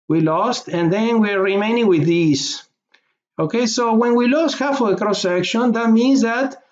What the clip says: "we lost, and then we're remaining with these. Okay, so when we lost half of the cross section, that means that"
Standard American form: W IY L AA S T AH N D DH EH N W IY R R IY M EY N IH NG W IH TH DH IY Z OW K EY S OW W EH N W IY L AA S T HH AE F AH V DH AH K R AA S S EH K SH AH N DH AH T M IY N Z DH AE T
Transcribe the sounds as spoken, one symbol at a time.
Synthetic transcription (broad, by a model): W IY L AA S T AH N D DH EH N W IY R R IY M EY N IH NG W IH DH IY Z OW K EY S OW W EH N W IY L AA S T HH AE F AH V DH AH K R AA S S EH K SH AH N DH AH T M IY N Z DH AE T